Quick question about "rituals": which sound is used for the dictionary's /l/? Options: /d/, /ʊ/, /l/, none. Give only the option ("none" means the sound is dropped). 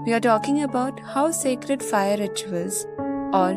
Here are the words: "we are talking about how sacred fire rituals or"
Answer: none